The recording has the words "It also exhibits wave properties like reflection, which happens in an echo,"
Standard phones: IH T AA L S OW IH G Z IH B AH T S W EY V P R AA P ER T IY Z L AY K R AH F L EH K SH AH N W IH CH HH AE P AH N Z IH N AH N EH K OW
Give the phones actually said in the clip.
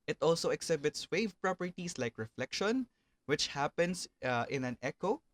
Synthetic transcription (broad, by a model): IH T AA L S OW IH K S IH B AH T S W EY V P R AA P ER T IY S L AY K R AH F L EH K SH AH N W IH CH HH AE P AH N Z IH N AH N EH K OW